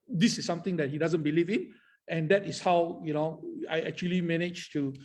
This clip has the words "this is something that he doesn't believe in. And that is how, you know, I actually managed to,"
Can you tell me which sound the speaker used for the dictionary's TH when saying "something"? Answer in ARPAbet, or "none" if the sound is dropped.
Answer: T